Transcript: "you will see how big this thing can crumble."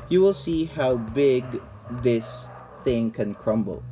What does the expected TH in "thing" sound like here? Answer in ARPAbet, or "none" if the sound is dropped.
TH